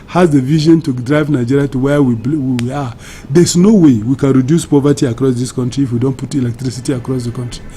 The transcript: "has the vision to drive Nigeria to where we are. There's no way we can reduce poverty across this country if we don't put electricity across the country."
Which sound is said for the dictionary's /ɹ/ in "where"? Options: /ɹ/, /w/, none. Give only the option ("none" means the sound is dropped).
/w/